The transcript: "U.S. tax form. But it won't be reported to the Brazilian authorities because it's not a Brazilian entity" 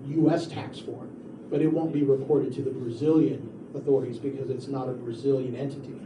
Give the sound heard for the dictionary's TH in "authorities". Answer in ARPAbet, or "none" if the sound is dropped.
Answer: TH